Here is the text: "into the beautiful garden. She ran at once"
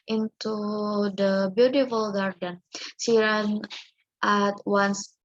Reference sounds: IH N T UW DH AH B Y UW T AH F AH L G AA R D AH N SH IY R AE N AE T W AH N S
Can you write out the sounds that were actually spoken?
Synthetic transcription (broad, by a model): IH N T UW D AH B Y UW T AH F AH L G AA R D AH N S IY R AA N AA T W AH N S